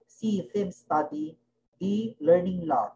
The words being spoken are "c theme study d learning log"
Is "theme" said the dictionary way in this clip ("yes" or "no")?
no